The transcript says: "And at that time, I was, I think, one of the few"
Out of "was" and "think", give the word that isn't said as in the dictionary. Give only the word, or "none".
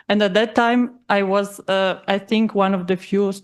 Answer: none